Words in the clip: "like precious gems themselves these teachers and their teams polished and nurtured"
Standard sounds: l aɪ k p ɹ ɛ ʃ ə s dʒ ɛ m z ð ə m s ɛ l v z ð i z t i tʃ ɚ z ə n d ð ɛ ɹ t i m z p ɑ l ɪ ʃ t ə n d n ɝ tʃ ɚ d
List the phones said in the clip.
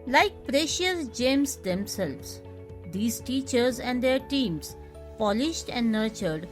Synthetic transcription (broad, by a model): l aɪ k p ɹ ɛ ʃ ə s dʒ ɛ m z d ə m s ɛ l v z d i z t i tʃ ɚ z ə n d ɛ ɹ t i m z p ɑ l ɪ ʃ t ə n d n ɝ tʃ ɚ d